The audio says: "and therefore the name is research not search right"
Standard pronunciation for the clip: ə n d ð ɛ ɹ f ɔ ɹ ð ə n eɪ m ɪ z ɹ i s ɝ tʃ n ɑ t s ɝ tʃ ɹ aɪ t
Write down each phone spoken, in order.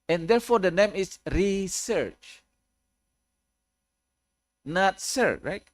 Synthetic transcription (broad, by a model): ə n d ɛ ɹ f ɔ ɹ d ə n eɪ m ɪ s ɹ i s ɝ tʃ n ɑ t s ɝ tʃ ɹ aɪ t